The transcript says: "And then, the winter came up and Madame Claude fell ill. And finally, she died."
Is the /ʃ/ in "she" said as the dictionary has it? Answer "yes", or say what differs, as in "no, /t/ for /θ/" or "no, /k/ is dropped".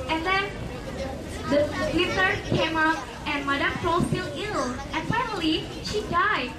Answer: yes